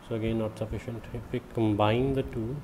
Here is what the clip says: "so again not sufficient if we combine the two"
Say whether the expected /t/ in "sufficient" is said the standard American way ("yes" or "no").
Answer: yes